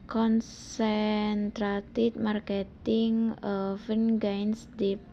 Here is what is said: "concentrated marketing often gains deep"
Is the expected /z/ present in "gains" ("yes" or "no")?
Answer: no